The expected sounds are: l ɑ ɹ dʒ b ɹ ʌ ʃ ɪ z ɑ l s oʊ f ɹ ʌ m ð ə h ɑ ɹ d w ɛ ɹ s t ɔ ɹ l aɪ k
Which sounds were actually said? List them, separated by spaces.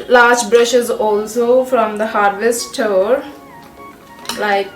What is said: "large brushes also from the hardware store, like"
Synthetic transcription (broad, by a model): l ɑ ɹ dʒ b ɹ ʌ ʃ ɪ z ɑ l s oʊ f ɹ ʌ m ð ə h ɑ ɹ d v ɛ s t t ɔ ɹ l aɪ k